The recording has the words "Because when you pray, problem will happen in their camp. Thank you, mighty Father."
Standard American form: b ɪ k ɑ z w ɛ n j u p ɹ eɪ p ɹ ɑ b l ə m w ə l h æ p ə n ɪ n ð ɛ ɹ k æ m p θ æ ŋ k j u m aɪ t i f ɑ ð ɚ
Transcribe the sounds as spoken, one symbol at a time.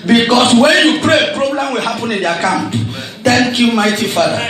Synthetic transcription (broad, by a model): b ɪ k ɑ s w ɛ n j u p ɹ eɪ p ɹ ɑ b l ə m w ə l h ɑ p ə n ɪ n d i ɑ k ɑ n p t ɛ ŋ k j u m aɪ t i f ɑ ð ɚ